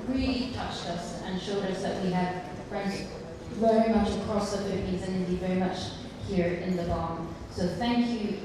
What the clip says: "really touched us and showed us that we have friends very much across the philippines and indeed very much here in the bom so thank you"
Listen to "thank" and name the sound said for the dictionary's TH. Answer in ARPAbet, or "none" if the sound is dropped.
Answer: TH